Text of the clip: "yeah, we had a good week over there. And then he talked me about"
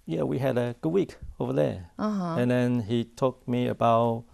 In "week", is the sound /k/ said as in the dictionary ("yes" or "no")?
yes